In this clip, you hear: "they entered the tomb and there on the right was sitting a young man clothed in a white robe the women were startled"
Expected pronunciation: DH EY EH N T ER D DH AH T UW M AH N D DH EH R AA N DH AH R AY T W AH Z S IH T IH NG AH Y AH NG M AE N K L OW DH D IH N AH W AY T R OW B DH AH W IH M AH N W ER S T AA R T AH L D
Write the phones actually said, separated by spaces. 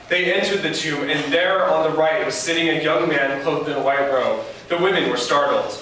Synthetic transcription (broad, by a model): DH EY EH N T ER D DH AH T UW M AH N DH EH R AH N DH AH R AY T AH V S IH T IH NG AH Y AH NG M AE N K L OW D IH N AH W AY T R OW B DH AH W IH M AH N W ER S T AA R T L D